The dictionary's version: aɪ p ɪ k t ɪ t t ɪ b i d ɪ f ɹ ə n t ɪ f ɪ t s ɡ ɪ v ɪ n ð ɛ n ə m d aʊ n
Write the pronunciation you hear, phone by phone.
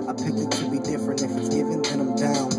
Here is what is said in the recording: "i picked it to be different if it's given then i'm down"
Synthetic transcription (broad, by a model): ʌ p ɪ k ɪ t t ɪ b i d ɪ f ɹ ə n t ɪ f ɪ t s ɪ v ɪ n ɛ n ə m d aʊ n